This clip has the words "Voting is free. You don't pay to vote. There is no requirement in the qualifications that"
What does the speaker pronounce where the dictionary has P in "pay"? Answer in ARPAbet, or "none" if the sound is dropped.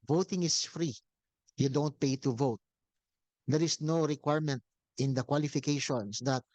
P